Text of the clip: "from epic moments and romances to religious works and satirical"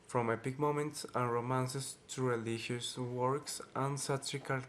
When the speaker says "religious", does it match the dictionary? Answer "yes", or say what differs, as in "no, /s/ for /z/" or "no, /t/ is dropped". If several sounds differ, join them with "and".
no, /ʃ/ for /dʒ/